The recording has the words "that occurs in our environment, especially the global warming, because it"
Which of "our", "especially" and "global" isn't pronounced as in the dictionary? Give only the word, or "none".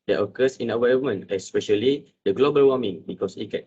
our